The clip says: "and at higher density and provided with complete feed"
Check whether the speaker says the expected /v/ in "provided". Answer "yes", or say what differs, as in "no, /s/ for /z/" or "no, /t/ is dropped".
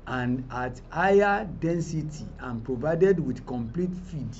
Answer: yes